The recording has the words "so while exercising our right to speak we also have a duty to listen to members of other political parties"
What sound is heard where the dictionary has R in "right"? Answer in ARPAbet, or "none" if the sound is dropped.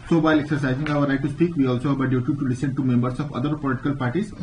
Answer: L